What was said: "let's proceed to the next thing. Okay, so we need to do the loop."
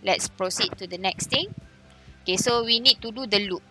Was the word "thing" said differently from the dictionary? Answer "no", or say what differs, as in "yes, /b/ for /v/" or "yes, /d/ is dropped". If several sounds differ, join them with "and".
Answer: yes, /t/ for /θ/